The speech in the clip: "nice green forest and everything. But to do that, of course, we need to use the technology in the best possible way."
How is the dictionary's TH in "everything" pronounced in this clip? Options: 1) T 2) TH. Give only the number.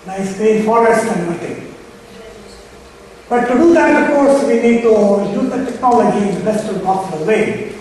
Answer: 1